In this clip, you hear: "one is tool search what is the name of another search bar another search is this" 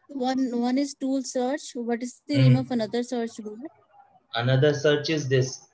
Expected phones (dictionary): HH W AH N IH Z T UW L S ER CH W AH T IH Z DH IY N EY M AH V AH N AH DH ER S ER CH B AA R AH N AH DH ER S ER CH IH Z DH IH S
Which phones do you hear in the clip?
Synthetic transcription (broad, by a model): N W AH N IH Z T UW L S ER CH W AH T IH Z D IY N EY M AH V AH N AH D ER S ER CH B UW L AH N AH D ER S ER CH IH Z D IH S